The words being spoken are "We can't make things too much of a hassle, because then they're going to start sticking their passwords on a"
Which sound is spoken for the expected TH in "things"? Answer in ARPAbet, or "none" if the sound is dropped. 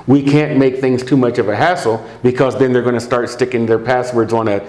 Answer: TH